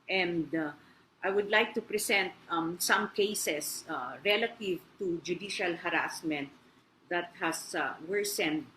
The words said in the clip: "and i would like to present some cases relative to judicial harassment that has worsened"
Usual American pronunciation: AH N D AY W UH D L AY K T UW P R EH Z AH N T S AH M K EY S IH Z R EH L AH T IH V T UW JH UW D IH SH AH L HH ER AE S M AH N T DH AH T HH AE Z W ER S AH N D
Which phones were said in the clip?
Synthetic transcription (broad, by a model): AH N D AY W UH D L AY K T UW P R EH S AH N T S AH M K EY S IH S R EH L AH T IH V T UW JH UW D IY SH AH L HH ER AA S M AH N T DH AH T HH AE S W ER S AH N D